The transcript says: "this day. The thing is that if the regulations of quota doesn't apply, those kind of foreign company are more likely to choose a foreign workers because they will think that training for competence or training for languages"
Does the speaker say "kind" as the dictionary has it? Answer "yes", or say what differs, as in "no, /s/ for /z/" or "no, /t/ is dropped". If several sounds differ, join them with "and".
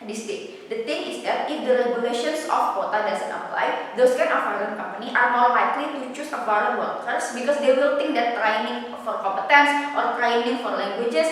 no, /d/ is dropped